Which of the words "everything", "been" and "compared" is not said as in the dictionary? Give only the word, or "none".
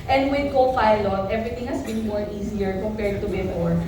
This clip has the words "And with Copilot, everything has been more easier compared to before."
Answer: everything